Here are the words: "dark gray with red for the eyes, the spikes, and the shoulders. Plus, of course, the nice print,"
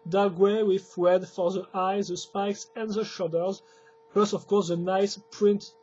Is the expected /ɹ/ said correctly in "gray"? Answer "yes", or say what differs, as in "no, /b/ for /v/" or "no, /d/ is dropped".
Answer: no, /w/ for /ɹ/